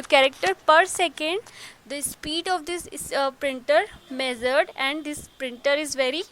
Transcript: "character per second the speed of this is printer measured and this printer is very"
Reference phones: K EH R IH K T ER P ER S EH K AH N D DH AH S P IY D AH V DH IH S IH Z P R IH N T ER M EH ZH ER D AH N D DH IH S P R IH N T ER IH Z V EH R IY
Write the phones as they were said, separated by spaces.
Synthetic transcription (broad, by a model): K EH R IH K T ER P ER S EH K AH N D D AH S P IY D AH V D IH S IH P R IH N T ER M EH Z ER D AH N D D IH S P R IH N T ER IH Z V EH R IY